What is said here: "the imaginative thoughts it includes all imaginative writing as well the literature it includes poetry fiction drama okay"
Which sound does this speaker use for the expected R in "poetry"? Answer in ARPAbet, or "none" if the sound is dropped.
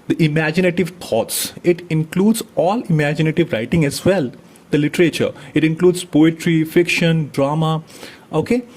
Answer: R